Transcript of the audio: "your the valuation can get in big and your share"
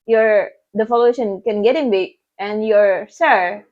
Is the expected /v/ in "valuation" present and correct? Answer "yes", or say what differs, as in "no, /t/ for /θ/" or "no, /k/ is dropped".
no, /f/ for /v/